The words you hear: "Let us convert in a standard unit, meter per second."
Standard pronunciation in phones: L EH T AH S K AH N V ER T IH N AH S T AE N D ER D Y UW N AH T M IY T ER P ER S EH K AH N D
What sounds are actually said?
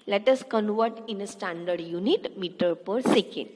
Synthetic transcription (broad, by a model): L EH T AH S K AH N V ER T IH N AH S T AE N D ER D Y UW N AH T M IY T ER P ER S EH K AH N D